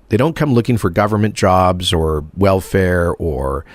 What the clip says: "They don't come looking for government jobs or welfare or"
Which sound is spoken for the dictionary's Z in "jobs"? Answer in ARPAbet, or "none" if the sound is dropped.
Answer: Z